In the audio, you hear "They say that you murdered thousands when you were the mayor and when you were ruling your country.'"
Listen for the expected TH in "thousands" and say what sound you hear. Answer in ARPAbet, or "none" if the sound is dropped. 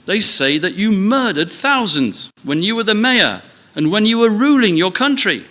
TH